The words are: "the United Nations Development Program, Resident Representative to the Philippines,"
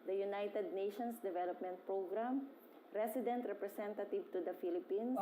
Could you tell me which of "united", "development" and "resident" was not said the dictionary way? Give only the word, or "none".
resident